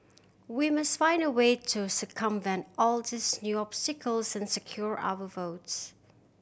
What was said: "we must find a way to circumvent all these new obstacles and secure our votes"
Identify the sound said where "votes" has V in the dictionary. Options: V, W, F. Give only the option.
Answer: V